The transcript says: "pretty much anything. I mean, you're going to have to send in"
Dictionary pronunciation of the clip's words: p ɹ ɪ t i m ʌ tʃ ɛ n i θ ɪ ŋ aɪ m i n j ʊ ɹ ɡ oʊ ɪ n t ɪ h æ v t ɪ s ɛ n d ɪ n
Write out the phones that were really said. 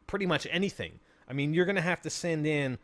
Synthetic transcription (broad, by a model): p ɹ ɪ t i m ʌ tʃ ɛ n i θ ɪ ŋ aɪ m i n j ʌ ɹ ɡ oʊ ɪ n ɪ h æ f t ɪ s ɛ n d ɪ n